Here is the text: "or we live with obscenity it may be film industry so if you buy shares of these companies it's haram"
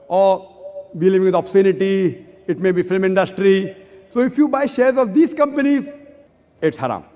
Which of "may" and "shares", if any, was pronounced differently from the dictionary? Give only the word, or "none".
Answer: none